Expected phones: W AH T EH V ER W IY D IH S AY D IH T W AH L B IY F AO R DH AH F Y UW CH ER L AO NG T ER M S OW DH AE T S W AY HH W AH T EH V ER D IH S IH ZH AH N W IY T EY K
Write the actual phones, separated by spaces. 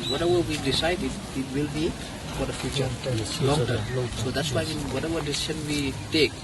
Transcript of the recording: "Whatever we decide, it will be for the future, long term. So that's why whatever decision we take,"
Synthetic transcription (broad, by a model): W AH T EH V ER W IY D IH S AY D IH T W AH L B IY F AO R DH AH F Y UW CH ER L AO NG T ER S OW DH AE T S W AY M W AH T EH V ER D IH S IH SH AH N W IY T EY K